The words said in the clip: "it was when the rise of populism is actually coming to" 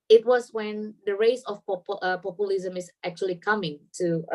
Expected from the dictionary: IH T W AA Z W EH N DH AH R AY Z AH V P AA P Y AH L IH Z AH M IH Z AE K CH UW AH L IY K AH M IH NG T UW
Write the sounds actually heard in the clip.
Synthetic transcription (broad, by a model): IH T W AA S W EH N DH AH R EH S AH P P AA P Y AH L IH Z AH M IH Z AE K CH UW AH L IY K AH M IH NG T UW